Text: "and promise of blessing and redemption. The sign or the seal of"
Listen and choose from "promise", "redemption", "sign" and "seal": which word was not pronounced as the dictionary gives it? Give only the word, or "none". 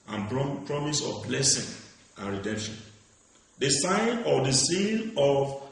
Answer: seal